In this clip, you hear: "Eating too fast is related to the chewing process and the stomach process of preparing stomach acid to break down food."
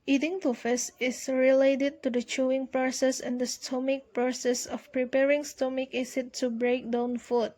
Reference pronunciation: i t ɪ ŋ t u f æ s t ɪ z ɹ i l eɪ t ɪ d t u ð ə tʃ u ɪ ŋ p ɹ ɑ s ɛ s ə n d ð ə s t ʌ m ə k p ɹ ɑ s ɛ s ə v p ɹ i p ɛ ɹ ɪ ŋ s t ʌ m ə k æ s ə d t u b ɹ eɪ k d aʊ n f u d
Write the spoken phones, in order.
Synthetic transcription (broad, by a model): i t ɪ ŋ t u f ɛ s ɪ s ɹ i l eɪ t ɪ d t u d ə tʃ u ɪ ŋ p ɹ ɑ s ɛ s ə n d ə s t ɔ m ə k p ɹ ɑ s ɛ s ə f p ɹ i p ɛ ɹ ɪ ŋ s t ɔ m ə k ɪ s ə t u b ɹ eɪ k d aʊ n f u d